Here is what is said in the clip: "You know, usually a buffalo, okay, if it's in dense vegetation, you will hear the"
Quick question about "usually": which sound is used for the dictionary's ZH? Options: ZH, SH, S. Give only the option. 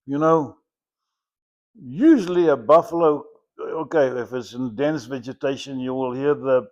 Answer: ZH